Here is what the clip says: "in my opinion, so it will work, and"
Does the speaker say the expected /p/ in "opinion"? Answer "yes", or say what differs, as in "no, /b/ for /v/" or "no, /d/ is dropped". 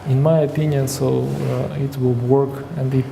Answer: yes